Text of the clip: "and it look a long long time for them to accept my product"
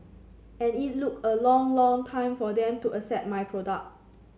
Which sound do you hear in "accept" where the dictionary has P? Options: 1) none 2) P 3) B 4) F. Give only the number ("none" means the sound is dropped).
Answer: 1